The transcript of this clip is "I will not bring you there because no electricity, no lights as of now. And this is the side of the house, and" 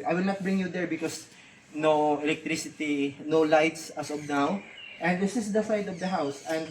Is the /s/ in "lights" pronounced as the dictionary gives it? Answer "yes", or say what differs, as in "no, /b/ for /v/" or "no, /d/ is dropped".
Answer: yes